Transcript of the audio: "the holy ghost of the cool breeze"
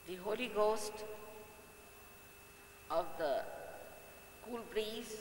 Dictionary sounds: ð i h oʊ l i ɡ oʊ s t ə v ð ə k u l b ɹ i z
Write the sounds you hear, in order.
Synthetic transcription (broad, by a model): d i h oʊ l i ɡ oʊ s t ə v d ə k u l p ɹ i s